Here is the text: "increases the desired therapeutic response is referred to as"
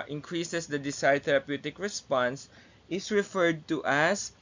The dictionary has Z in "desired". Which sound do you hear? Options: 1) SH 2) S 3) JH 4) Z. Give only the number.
2